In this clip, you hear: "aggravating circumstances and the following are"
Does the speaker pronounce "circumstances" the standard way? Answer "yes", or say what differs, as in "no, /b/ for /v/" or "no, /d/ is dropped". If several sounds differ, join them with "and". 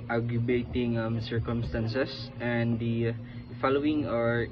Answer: no, /s/ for /z/